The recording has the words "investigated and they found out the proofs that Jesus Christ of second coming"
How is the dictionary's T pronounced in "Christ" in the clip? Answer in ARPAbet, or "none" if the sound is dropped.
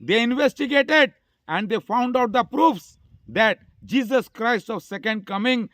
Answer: T